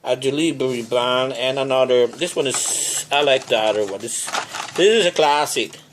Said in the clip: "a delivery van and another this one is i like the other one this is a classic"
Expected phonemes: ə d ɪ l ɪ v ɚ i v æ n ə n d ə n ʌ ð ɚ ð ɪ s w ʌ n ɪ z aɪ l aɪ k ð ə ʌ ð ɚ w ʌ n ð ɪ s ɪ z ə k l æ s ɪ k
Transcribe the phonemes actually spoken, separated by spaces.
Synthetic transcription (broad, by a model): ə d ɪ l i b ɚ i b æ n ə n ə n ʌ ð ɚ ð ɪ s w ʌ n ɪ z aɪ l aɪ k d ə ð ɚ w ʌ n ð ɪ s ɪ z ə k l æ s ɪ k